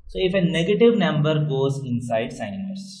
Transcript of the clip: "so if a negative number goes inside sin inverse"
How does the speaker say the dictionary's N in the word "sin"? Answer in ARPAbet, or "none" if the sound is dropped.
none